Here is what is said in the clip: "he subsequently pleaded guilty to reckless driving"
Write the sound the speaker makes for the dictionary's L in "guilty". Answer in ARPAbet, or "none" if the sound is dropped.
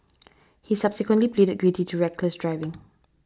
none